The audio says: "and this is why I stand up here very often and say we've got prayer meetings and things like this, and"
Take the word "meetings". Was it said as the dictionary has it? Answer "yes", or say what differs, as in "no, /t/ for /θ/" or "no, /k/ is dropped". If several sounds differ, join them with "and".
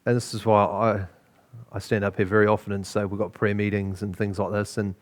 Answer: yes